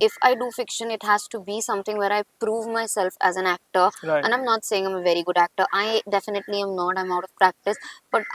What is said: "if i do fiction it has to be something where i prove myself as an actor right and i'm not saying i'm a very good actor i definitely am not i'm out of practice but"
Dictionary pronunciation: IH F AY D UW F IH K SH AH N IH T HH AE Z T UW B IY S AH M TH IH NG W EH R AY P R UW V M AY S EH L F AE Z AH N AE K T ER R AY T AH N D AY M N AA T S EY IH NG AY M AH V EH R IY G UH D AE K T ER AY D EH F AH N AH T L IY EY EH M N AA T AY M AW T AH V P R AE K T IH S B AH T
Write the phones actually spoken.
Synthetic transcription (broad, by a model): IH F AY D UW F IH K SH AH N IH T HH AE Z T UW B IY S AH M T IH NG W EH R AY P R UW V M AY S EH L F AE Z AH N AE K T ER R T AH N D AY M N AA T S EY IH NG AY M AH V EH R IY G UH D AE K T ER AY D EH F AH N AH T L IY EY M N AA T AY M AW T AH V P R AE K T IH S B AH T